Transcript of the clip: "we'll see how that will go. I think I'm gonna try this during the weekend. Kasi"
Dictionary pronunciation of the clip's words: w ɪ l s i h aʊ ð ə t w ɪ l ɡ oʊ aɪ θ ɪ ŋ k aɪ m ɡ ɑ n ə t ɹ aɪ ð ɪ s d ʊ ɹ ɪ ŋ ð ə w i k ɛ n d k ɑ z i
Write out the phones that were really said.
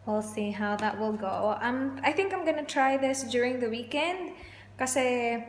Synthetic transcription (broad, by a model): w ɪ l s i h aʊ ð ə t w ɪ l ɡ oʊ aɪ θ ɪ ŋ k aɪ m ɡ ɑ n ə t ɹ aɪ ð ɪ s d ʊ ɹ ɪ ŋ ð ə w i k ɛ n d k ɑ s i